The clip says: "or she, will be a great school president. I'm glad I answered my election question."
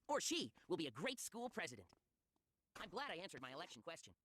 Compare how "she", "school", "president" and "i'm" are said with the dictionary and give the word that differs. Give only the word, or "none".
none